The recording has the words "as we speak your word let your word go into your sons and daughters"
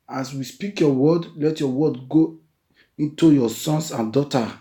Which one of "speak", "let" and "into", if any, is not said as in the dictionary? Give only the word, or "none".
none